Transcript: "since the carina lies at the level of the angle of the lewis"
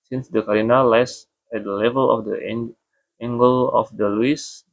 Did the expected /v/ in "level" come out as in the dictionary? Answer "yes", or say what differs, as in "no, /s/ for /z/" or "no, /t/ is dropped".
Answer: yes